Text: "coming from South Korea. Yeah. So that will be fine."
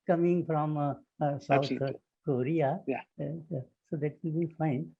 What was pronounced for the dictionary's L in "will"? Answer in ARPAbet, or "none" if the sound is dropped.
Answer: N